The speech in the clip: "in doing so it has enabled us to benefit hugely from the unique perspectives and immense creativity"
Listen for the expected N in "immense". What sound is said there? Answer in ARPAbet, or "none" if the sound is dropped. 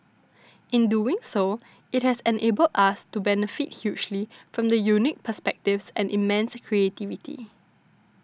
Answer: N